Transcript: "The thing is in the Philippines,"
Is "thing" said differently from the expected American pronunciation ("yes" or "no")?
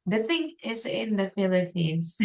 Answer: no